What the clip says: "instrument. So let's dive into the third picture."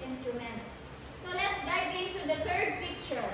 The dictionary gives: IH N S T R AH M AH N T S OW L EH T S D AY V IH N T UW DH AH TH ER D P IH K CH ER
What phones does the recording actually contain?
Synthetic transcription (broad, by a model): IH N S T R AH M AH N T S OW L EH T S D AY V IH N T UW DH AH T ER D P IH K CH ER